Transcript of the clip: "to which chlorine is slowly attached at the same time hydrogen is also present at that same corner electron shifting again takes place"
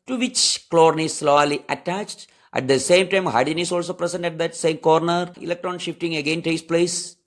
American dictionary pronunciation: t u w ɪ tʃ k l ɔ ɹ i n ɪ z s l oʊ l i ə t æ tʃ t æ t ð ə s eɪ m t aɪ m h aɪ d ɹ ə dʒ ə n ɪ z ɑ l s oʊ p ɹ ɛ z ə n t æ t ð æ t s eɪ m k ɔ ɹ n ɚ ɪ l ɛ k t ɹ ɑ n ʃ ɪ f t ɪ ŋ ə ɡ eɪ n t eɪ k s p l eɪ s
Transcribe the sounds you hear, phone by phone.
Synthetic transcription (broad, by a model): t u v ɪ tʃ k l ɔ ɹ n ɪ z s l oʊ l i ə t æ tʃ t æ t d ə s eɪ m t aɪ m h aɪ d ə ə n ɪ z ɑ l s oʊ p ɹ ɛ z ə n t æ t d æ t s eɪ m k ɔ ɹ n ɚ ɪ l ɛ k t ɹ ɑ n ʃ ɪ f t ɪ ŋ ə ɡ eɪ n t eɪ s p l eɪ s